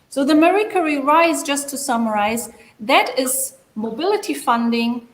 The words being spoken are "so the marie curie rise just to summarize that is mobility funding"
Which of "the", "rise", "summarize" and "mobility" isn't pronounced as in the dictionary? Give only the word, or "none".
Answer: none